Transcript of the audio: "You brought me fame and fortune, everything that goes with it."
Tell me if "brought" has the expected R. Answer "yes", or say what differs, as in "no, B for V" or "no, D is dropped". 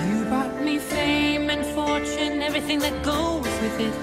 no, R is dropped